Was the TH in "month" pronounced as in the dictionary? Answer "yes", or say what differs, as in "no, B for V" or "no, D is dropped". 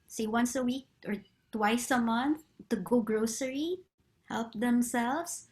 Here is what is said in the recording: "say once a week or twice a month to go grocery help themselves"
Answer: yes